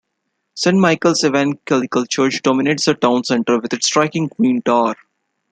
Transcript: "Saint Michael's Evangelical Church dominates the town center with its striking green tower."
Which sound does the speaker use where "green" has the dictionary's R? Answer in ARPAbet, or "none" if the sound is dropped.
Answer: W